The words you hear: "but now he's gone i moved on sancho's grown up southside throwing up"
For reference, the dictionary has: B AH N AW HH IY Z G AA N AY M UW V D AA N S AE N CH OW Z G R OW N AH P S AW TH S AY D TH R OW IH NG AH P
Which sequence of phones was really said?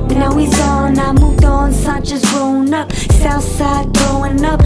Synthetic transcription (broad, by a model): N AW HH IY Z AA N AY M UW V D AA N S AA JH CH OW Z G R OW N AH P S AW TH S AY D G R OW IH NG AH P